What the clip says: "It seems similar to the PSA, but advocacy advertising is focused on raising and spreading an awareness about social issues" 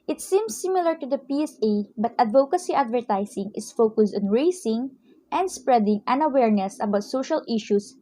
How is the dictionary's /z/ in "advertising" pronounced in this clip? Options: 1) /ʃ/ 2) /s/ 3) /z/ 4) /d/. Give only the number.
2